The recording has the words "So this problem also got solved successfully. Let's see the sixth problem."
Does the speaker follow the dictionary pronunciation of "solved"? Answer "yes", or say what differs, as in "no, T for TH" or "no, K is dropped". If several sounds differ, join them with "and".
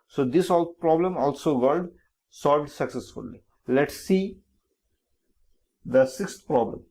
yes